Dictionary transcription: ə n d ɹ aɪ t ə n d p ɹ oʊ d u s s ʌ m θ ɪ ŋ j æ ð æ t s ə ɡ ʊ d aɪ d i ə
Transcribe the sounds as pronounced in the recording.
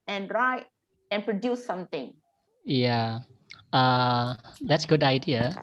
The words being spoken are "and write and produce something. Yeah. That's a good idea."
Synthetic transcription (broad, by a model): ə n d ɹ aɪ ə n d p ɹ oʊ d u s s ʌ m t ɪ ŋ j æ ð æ t s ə ɡ ʊ d aɪ d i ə